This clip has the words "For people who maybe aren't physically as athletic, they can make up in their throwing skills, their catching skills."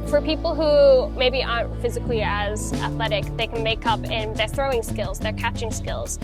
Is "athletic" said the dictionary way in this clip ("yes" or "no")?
yes